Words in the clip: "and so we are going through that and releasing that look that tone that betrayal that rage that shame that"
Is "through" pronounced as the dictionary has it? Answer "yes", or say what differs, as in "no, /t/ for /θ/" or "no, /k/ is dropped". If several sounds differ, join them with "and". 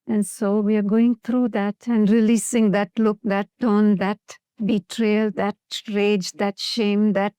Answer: no, /t/ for /θ/